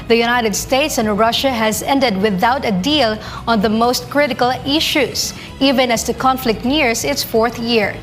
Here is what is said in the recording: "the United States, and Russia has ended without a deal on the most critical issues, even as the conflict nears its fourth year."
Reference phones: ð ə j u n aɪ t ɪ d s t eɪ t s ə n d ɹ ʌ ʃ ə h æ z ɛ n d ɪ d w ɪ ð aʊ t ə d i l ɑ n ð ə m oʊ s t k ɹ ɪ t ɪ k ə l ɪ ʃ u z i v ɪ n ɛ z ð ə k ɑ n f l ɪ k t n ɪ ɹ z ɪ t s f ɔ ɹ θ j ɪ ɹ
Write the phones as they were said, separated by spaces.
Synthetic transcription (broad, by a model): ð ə j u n aɪ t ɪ d s t eɪ t s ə n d ɹ ʌ ʃ ə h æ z ɛ n d ɪ d w ɪ ð aʊ t ə d i l ɑ n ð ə m oʊ s t k ɹ ɪ t ɪ k ə l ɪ ʃ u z i v ɪ n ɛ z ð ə k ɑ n f l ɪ k t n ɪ ɹ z ɪ t s f ɔ ɹ θ j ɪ ɹ